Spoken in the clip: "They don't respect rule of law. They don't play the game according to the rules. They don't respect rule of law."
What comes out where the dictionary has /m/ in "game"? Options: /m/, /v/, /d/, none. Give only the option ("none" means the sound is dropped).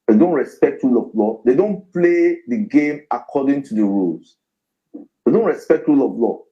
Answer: /m/